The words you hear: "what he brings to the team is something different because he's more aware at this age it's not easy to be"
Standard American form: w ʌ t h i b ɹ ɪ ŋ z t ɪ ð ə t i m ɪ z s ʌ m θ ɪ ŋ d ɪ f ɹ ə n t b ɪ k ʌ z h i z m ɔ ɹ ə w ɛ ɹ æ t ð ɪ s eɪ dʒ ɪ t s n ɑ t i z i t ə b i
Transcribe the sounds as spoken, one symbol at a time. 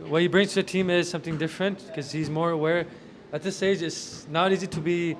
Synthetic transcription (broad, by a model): w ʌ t h i b ɹ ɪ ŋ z t ɪ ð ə t i m ɪ z s ʌ m θ ɪ ŋ d ɪ f ɹ ə n t k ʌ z h i z m ɔ ɹ ə w ɛ ɹ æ t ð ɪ s eɪ dʒ ɪ t s n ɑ t i z i t ə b i